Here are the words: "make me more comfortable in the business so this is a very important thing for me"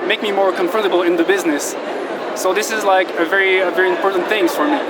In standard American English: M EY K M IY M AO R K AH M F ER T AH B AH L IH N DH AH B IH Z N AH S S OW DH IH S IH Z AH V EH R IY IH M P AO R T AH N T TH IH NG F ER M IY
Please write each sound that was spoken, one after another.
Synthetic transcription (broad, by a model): M EY K M IY M AO R K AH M F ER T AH B L IH N DH AH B IH Z N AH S S OW DH IH S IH Z AH V EH R IY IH M P AO R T N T TH IH NG F ER M IY